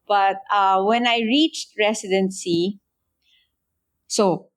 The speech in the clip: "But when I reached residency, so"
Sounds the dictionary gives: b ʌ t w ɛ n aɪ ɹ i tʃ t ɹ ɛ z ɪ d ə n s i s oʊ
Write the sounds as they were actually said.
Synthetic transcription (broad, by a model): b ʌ t w ɛ n aɪ ɹ i tʃ t ɹ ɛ s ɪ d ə n s i s oʊ